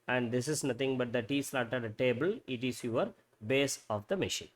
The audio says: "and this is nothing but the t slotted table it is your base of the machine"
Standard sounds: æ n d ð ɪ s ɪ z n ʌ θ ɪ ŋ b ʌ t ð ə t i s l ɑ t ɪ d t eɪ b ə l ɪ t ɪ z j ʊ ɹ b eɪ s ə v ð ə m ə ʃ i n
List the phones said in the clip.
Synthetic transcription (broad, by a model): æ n d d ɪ s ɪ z n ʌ t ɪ ŋ b ʌ t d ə t i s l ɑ t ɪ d t eɪ b ə l ɪ t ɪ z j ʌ ɹ b eɪ s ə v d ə m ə ʃ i n